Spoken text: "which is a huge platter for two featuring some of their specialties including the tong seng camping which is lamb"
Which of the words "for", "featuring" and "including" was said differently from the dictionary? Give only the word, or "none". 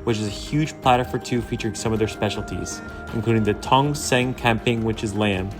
none